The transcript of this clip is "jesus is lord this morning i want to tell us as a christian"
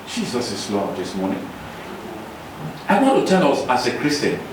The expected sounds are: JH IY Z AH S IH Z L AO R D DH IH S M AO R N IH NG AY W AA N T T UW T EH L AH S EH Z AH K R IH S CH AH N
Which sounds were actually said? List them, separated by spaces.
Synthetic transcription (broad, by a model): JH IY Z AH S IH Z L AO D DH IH S M AO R N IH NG AY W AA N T T UW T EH N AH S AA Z AH K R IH S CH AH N